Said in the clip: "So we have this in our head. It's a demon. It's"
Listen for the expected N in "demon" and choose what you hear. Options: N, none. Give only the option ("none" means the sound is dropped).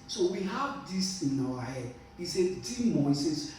none